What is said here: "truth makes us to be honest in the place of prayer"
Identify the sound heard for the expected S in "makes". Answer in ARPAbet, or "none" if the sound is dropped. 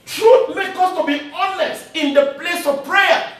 none